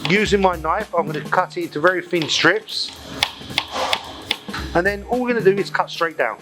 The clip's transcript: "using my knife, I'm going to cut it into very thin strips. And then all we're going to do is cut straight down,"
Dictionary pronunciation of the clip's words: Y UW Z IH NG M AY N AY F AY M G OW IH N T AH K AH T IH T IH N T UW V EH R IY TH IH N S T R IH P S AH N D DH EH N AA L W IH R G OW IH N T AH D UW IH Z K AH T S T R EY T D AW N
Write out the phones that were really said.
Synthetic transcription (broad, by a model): Y UW Z IH NG M AY N AY F AY M G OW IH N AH K AH T IH T IH N T UW V EH R IY F IH N S T R IH P S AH N DH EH N AA L W IH R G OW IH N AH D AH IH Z K AH T S T R EY T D AW N